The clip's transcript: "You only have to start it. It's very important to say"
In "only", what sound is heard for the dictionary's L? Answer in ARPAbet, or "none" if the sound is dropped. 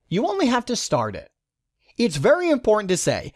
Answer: L